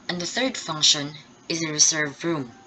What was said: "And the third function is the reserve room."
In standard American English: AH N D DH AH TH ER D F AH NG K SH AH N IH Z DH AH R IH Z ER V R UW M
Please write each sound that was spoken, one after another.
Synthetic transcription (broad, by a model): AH N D DH AH TH ER D F AH NG K SH AH N IH Z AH R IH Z ER V R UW M